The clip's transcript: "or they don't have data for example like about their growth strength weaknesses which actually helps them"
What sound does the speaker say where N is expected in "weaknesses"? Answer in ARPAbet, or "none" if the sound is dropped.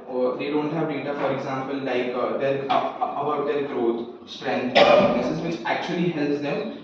none